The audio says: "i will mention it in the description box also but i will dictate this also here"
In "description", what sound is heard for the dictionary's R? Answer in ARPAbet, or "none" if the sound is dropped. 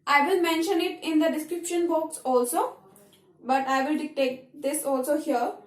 R